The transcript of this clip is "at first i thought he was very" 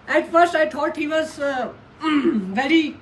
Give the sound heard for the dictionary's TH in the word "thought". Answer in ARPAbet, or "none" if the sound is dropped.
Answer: T